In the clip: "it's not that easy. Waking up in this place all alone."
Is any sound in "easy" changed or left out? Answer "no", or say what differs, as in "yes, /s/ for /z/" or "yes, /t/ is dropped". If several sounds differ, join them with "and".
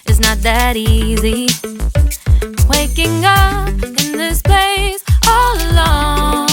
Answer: no